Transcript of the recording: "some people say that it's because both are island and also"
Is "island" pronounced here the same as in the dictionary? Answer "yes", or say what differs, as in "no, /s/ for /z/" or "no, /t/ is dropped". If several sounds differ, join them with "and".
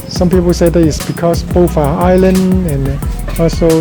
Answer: no, /d/ is dropped